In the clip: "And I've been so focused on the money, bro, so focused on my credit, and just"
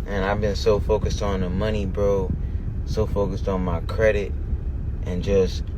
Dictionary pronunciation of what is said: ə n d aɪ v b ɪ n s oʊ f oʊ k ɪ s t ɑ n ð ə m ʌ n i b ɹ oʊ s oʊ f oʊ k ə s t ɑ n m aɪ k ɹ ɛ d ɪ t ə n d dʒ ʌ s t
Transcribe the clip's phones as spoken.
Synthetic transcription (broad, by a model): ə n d aɪ v b ɪ n s oʊ f oʊ k ɪ s t n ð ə m ʌ n i b ɹ oʊ s oʊ f oʊ k ə s t n m aɪ k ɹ ɛ d ɪ t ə n dʒ ʌ s t